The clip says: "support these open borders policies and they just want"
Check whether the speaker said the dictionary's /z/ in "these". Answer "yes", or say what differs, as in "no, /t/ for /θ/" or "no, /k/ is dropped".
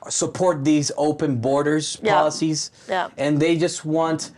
yes